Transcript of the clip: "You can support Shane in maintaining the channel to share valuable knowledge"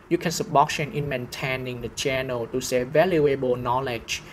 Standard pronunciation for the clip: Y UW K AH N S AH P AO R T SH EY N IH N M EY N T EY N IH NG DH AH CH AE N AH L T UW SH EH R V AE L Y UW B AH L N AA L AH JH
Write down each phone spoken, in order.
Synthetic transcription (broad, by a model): Y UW K AH N S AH B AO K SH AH N IH N M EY N T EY N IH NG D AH CH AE N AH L T UW S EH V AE L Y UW B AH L N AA L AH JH